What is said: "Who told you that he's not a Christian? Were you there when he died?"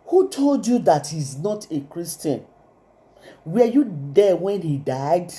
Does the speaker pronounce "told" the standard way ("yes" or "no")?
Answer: yes